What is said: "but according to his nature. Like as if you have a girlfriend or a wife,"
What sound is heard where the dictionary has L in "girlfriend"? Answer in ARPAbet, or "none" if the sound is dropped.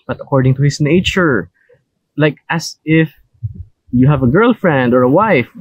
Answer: L